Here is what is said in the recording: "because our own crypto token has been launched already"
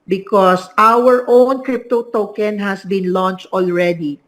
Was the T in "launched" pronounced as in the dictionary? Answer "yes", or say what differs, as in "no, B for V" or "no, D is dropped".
yes